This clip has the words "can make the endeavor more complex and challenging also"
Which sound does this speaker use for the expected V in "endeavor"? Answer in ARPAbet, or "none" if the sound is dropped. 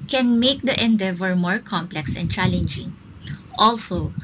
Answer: V